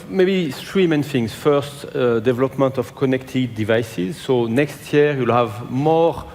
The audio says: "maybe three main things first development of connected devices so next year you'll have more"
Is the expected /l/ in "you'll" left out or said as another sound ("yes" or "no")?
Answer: no